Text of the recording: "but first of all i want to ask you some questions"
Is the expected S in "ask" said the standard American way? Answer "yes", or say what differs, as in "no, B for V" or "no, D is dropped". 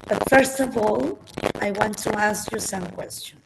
yes